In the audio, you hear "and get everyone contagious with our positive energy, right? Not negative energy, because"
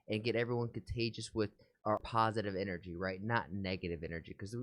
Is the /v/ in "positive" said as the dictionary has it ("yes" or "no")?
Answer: yes